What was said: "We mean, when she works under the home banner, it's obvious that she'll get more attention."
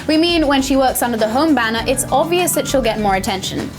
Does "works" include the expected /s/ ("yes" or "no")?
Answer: yes